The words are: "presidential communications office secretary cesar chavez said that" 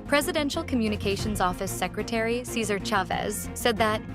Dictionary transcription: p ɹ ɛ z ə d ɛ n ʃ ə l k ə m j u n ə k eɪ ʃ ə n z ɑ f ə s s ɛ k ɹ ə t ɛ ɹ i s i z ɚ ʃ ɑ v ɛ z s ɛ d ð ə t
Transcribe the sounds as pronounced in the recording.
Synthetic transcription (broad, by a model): p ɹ ɛ z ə d ɛ n ʃ l k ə m j u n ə k eɪ ʃ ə n z ɑ f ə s s ɛ k ɹ ə t ɛ ɹ i s i z ɚ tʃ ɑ v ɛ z s ɛ d ð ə t